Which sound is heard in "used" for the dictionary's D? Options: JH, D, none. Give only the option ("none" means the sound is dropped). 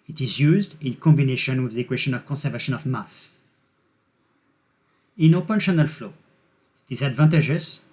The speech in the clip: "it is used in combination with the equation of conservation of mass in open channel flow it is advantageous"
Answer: D